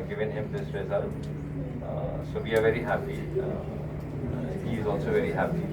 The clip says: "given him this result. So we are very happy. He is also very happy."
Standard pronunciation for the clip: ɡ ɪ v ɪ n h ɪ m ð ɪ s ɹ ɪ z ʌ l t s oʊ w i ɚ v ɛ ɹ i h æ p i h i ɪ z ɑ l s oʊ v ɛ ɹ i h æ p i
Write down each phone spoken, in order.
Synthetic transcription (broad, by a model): ɡ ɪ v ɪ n h ɪ m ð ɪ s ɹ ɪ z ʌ t s oʊ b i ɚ v ɛ ɹ i h æ p i h i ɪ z ɑ l s oʊ v ɛ ɹ i h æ p i